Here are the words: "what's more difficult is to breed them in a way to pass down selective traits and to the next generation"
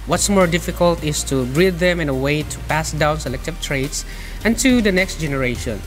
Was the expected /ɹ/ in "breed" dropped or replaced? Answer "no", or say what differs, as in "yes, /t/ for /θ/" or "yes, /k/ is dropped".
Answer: no